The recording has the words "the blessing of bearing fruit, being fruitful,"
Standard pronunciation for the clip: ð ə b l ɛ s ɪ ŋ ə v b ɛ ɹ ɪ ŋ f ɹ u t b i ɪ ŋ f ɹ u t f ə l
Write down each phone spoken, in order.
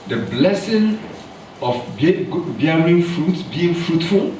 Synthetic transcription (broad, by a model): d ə b l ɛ s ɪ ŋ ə b b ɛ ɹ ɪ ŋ f ɹ u t b i ɪ ŋ f ɹ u t f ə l